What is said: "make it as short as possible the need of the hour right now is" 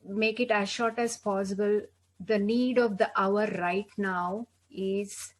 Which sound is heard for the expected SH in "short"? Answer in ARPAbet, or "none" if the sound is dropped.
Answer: SH